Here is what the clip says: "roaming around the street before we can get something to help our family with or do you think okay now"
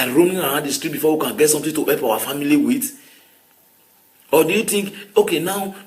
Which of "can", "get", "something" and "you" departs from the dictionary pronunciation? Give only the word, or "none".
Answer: something